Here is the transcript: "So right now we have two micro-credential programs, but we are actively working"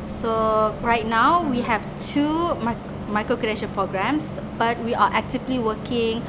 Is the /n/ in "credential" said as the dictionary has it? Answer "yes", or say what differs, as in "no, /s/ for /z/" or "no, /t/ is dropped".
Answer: no, /n/ is dropped